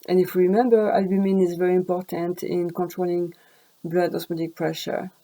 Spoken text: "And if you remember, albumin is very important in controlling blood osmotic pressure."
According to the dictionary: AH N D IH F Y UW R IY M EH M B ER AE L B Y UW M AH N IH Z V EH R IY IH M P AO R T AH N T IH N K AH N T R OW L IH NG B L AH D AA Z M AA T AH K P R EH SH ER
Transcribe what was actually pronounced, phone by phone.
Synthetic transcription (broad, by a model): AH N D IH F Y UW R IY M EH M B ER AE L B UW M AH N IH Z V EH R IY IH M P AO R T AH N T IH N K AH N T R OW L IH NG B L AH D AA S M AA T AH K P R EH SH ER